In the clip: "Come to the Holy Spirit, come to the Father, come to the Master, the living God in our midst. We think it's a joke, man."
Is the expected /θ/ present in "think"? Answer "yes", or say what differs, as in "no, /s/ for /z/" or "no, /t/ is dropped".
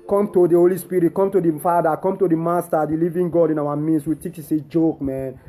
no, /t/ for /θ/